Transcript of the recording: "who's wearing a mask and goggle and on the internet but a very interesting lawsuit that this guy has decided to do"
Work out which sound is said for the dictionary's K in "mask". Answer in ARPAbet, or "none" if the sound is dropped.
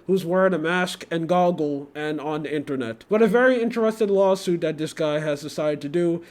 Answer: K